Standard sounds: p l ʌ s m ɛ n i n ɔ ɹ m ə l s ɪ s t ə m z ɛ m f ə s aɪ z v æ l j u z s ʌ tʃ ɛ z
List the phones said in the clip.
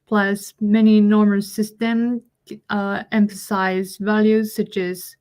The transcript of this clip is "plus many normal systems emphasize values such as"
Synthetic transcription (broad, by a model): p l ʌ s m ɛ n i n ɔ ɹ m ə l s ɪ s t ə m ɛ m f ə s aɪ z v æ l j u z s ʌ tʃ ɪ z